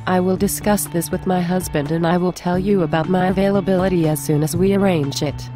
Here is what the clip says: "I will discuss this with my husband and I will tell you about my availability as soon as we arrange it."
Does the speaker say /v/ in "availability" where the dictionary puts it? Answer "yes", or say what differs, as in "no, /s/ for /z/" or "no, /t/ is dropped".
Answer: yes